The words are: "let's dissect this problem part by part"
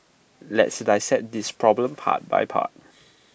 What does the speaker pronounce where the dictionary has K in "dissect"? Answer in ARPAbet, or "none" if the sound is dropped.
none